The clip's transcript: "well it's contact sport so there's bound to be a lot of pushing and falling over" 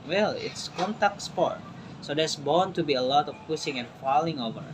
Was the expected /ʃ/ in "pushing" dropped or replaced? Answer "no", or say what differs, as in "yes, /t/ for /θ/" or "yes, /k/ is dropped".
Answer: yes, /s/ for /ʃ/